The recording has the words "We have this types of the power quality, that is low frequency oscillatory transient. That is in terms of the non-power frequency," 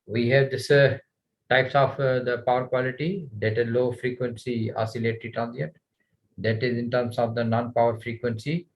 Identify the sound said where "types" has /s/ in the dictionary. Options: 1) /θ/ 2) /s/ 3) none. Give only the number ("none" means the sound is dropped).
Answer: 2